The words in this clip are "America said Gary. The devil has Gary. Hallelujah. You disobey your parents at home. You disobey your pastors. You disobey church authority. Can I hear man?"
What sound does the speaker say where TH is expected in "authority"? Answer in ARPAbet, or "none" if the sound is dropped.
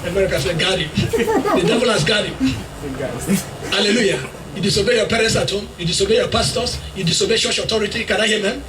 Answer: T